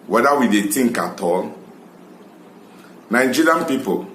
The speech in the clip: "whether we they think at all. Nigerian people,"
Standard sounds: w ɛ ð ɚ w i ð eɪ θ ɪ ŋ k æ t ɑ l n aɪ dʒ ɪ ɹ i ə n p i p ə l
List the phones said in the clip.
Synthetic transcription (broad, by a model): w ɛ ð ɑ w i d eɪ t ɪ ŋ k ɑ t ɑ l n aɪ dʒ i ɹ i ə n p i p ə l